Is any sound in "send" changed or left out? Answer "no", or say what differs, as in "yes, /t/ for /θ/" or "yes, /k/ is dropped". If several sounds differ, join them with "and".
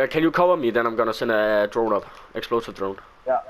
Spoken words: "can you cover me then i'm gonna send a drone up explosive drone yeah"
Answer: yes, /d/ is dropped